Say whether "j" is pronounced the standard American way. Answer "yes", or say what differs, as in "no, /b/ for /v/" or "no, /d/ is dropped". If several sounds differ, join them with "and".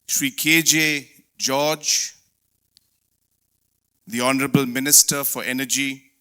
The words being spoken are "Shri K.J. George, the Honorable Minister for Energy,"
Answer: yes